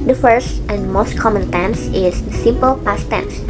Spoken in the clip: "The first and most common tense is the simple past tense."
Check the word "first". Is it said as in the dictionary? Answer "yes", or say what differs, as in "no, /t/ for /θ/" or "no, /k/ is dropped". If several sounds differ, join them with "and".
yes